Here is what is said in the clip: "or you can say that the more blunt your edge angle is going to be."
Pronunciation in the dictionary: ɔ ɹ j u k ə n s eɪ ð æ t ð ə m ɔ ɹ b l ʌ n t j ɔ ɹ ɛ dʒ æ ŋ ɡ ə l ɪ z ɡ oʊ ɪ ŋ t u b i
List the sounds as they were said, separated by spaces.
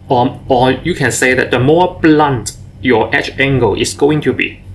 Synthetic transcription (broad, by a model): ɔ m j u k ə n s eɪ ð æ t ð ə m ɔ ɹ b l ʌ n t j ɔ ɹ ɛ tʃ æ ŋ ɡ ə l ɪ s ɡ oʊ ɪ ŋ t u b i